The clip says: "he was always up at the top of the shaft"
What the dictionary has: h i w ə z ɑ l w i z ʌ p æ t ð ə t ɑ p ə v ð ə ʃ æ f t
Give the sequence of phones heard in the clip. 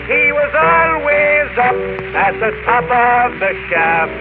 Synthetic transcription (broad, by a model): h i w ə z ɑ l w i z ʌ p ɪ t ð ə t ɑ p ə v ð ə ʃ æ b